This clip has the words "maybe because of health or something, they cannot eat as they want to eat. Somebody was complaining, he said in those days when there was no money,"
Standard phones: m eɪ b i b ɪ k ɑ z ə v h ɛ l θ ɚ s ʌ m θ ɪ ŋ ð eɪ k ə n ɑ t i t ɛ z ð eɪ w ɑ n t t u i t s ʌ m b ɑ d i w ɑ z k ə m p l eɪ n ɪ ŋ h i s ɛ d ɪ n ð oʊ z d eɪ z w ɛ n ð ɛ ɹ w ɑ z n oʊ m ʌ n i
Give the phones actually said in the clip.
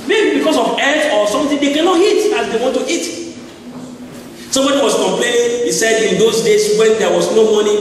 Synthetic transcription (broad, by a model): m eɪ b i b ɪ k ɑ s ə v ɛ θ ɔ s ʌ m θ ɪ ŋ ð eɪ k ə n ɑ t i t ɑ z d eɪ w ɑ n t t u i t s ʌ m b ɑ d i w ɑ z k ə m p l eɪ n ɪ ŋ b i s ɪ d ɪ n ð oʊ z d eɪ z w ɛ n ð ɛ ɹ w ɑ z n oʊ m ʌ n i